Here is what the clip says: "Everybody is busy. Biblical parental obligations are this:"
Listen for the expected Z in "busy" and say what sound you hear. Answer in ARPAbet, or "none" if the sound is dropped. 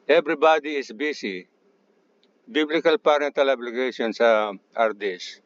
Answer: S